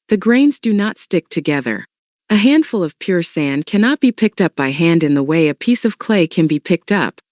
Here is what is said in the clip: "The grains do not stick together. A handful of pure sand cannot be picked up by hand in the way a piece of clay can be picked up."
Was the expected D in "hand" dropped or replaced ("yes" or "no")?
no